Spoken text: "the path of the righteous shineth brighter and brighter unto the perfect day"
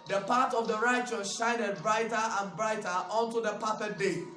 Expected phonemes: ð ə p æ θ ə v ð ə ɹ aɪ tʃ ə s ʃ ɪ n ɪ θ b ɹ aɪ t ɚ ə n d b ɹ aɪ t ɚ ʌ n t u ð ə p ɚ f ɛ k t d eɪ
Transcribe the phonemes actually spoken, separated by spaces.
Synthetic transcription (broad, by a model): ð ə p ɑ t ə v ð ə ɹ aɪ tʃ ə s ʃ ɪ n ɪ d b ɹ aɪ t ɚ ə n b ɹ aɪ t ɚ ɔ n t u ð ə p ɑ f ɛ t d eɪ